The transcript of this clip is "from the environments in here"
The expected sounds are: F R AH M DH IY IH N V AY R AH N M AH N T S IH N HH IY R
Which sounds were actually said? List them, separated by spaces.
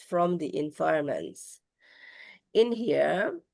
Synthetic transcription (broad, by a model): F R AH M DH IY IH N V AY AH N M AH N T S IH N HH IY R